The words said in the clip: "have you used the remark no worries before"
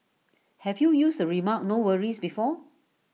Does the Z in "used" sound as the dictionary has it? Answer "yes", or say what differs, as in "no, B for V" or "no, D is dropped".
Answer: no, S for Z